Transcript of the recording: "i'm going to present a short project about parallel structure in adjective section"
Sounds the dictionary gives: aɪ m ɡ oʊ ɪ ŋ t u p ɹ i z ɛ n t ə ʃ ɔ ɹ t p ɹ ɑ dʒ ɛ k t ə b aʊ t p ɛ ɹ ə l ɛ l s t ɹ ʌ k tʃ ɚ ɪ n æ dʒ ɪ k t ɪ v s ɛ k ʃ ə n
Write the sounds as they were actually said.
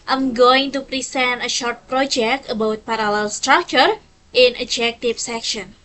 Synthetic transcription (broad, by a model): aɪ m ɡ oʊ ɪ ŋ t u p ɹ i s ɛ n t ə ʃ ɔ ɹ t p ɹ ɑ dʒ ɛ k t ə b aʊ t p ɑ ɹ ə l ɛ l s t ɹ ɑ k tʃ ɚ ɪ n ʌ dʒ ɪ k t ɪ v s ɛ k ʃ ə n